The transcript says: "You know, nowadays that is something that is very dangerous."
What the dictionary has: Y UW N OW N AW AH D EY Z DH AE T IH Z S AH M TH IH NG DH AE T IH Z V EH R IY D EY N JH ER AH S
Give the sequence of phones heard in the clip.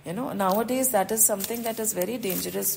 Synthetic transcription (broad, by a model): Y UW N OW N AW AH D EY Z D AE T IH Z S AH M T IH NG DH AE T IH Z V EH R IY D EY N JH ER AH S